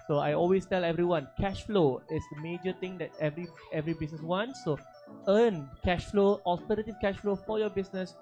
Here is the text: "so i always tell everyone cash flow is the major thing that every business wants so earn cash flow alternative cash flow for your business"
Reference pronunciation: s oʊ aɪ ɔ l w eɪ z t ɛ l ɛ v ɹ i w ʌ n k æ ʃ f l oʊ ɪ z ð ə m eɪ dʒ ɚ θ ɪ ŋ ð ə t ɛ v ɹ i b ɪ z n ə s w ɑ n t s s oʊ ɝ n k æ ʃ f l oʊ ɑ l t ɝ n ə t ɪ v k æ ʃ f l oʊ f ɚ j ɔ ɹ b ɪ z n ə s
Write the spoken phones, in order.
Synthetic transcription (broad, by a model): s oʊ aɪ ɔ l w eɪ s t ɛ l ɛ v ɹ i w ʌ n k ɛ ʃ f l oʊ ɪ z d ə m eɪ dʒ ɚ t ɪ ŋ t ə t ɛ v ɹ i b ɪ s n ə s w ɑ n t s s oʊ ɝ n k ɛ ʃ f l oʊ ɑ l t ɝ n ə t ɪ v k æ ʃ f l oʊ f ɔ j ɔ b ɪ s n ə s